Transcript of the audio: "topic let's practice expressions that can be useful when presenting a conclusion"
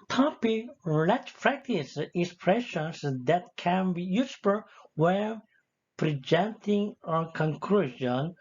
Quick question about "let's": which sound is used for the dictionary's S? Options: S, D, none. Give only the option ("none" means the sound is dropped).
none